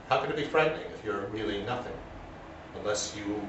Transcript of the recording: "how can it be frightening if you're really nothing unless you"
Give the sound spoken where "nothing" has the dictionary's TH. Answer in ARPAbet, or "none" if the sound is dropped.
TH